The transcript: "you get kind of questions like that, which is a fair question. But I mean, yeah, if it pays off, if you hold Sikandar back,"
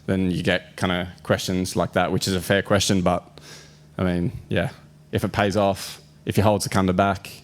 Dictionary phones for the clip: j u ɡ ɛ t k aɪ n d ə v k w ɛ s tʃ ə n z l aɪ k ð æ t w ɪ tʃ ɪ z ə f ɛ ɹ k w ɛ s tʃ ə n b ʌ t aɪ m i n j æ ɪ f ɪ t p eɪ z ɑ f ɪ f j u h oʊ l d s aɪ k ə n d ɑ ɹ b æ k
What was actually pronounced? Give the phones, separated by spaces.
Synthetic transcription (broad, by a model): j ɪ ɡ ɛ t k aɪ n d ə k w ɛ s tʃ ə n z l aɪ k ð æ t w ɪ tʃ ɪ z ə f ɛ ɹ k w ɛ s tʃ ə n b ʌ t aɪ m i n j æ ɪ f ɪ t p eɪ z ɑ f ɪ f j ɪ h oʊ l d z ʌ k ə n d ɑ b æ k